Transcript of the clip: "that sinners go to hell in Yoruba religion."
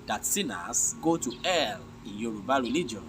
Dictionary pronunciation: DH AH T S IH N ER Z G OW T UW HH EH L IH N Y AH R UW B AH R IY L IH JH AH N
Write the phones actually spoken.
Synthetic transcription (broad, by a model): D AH T S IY N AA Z G OW T UW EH L IH N Y AH R UW B AH R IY L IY JH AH N